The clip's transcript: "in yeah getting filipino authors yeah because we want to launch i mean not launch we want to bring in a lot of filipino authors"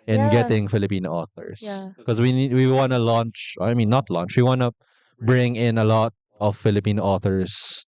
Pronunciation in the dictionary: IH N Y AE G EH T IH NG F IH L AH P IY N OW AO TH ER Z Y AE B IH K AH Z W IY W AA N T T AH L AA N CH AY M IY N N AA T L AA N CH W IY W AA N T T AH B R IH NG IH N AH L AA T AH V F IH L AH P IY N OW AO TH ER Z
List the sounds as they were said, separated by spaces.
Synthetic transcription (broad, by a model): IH N G EH T IH NG F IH L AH P IY N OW AO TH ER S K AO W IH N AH W IY W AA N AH L AA N CH AY M IY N N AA T L AA N CH W IY W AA N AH B R IH NG IH N AH L AA T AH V F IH L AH P IY N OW AO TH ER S